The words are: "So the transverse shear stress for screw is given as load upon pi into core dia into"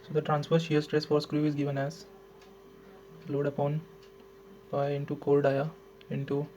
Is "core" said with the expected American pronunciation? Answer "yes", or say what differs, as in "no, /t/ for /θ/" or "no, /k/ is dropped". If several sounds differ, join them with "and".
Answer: no, /l/ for /ɹ/